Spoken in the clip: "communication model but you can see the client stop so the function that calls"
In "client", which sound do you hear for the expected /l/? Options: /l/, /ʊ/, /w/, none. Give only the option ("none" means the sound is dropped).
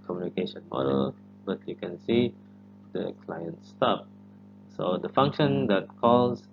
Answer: /l/